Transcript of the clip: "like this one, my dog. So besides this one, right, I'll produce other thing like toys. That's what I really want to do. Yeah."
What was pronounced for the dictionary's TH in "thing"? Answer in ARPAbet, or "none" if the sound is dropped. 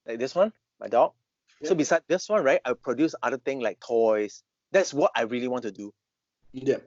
T